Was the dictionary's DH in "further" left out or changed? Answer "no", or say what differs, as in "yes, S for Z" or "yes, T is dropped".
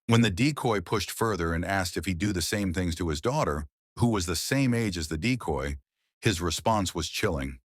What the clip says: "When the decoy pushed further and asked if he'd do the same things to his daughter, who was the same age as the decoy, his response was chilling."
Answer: no